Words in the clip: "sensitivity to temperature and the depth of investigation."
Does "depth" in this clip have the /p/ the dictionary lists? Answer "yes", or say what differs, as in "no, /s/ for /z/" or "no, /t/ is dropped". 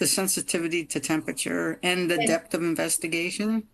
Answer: yes